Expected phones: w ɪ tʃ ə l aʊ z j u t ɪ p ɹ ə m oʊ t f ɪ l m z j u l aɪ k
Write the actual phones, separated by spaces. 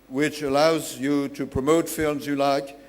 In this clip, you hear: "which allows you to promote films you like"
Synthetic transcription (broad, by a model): w ɪ tʃ ə l aʊ z j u t ɪ p ɹ ə m oʊ t f ɪ l m z j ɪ l aɪ k